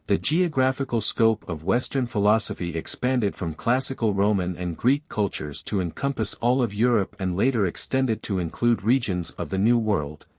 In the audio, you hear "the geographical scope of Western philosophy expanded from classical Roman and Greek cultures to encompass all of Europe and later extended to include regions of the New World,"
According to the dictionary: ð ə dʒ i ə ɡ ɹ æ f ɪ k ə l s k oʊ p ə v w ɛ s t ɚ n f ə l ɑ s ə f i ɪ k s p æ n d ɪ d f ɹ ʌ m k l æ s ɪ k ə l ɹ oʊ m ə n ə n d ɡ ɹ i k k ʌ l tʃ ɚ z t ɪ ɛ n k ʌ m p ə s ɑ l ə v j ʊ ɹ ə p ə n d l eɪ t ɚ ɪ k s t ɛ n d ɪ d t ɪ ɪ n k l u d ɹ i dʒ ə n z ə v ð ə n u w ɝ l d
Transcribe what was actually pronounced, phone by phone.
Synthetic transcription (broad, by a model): ð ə dʒ i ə ɡ ɹ æ f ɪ k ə l s k oʊ p ə v w ɛ s t ɚ n f ə l ɑ s ə f i ɪ k s p æ n d ɪ d f ɹ ʌ m k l æ s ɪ k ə l ɹ oʊ m ə n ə n ɡ ɹ i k k ʌ l tʃ ɚ z t ɪ ɛ n k ʌ m p ə s ɑ l ə v j ʊ ɹ ə p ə n l eɪ t ɚ ɪ k s t ɛ n d ɪ d t ɪ ɪ n k l u d ɹ i dʒ ə n z ə v ð ə n u w ɝ l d